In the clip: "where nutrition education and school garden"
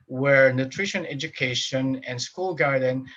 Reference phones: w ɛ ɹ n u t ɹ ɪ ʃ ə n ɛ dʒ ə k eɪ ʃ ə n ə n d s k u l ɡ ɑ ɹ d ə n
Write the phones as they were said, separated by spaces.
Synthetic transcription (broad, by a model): w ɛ ɹ n u t ɹ ɪ ʃ ə n ɛ dʒ ə k eɪ ʃ ə n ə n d s k u l ɡ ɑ ɹ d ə n